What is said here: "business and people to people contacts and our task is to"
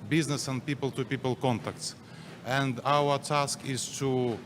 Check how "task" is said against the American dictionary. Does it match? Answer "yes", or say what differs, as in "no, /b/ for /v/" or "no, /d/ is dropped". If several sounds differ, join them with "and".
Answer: yes